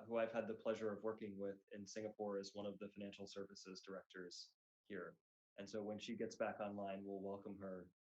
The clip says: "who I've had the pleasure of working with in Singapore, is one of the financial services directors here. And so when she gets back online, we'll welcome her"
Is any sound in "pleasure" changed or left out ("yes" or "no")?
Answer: no